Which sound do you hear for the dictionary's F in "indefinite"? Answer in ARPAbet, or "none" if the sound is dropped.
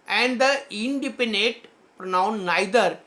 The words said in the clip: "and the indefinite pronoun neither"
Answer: P